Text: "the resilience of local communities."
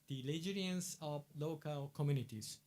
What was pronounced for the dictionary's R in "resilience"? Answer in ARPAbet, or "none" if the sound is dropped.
L